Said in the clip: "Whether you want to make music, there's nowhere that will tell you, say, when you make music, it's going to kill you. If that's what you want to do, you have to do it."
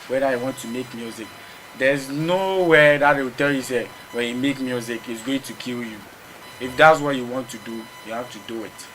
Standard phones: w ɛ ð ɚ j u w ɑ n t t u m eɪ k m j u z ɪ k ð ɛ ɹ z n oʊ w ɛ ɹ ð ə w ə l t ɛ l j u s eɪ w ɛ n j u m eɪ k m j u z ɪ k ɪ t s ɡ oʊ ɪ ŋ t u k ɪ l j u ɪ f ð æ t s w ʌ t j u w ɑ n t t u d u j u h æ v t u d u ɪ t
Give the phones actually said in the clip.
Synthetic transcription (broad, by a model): w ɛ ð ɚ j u w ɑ n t t u m eɪ k m j u z ɪ k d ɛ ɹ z n oʊ w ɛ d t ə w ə t ɛ l j u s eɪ w ɛ n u m eɪ k m j u z ɪ k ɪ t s ɡ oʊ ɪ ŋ t u k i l j u ɪ f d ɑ t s w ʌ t j u w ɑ n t t u d u j u h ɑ f t u d u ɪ t